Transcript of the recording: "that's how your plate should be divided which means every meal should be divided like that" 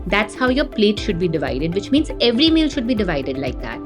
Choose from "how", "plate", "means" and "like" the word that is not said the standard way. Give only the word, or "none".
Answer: none